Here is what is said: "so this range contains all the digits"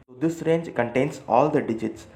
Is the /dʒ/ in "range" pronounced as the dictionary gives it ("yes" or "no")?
yes